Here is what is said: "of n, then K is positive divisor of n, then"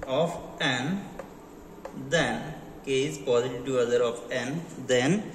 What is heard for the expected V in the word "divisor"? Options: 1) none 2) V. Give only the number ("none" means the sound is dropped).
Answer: 1